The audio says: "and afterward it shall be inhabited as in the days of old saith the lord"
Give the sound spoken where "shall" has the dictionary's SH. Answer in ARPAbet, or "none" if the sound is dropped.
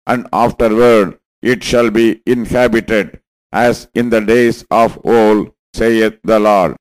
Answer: SH